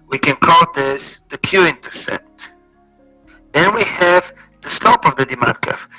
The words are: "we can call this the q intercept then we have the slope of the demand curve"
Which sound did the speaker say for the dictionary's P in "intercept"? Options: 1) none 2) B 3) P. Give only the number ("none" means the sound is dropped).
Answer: 1